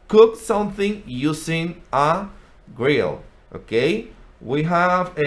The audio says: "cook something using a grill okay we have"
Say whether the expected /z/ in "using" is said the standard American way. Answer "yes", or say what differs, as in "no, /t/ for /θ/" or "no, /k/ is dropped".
no, /s/ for /z/